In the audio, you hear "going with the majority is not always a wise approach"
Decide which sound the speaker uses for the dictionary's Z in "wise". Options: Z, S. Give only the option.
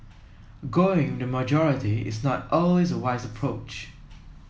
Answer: Z